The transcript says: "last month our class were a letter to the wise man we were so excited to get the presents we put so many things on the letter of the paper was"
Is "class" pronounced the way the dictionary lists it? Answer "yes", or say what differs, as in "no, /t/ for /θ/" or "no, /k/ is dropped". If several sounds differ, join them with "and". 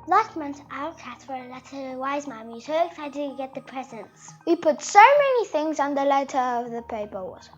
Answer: no, /l/ is dropped